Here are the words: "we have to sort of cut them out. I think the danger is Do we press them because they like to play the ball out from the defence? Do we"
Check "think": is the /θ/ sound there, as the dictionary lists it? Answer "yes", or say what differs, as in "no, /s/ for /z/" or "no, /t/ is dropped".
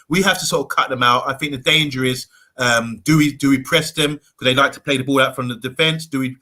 yes